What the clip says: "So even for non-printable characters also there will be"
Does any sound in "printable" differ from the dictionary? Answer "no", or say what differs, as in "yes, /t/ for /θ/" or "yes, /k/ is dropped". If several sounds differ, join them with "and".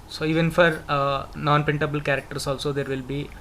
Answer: yes, /ɹ/ is dropped